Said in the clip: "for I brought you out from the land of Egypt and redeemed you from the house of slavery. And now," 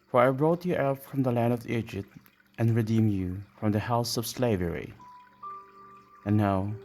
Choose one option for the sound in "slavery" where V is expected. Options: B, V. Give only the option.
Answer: V